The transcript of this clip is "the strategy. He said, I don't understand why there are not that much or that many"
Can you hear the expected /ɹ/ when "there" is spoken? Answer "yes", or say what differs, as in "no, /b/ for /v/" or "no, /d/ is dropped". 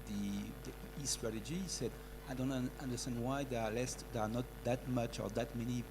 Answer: no, /l/ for /ɹ/